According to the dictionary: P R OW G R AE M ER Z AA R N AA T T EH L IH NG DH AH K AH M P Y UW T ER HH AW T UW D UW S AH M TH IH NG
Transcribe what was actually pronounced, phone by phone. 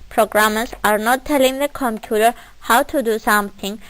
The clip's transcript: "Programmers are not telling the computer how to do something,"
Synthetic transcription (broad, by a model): P R OW G R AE M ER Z AA R N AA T T EH L IH NG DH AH K AH M P Y UW T ER HH AW T UW D UW S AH M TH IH NG